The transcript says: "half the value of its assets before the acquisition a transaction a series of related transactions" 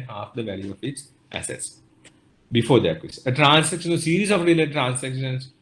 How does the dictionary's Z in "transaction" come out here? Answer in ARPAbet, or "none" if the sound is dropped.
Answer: S